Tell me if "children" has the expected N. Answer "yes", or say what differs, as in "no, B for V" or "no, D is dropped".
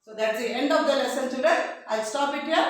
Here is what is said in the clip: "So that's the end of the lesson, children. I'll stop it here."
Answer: no, N is dropped